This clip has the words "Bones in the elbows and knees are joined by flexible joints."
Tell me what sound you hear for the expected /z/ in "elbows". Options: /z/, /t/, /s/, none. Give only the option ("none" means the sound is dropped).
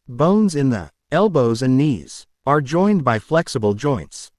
/z/